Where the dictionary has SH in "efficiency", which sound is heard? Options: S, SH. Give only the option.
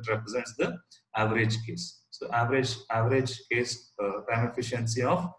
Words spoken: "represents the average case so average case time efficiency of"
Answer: SH